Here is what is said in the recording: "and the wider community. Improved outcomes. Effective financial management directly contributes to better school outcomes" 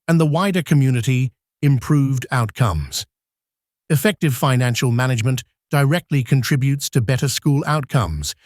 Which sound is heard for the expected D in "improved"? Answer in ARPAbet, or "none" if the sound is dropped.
D